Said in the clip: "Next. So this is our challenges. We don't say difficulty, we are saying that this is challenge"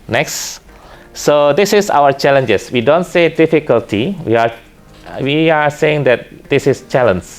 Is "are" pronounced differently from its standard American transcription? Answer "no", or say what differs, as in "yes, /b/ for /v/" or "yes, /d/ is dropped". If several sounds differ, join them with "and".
yes, /w/ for /ɹ/